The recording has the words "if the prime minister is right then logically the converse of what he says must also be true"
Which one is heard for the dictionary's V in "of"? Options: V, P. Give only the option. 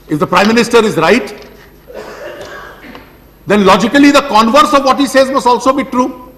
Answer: V